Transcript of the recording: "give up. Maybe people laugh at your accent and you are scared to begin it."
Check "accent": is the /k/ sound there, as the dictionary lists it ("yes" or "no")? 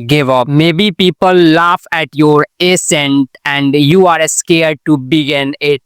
no